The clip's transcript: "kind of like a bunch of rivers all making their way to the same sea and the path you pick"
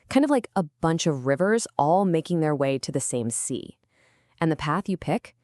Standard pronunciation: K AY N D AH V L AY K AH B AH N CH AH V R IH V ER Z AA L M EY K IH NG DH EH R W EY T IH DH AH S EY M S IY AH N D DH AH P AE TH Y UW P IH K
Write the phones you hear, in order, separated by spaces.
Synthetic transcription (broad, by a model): K AY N D AH V L AY K AH B AH N CH AH V R IH V ER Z AA L M EY K IH NG DH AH R W EY T IH DH AH S EY M S IY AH N DH AH P AE TH Y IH P IH K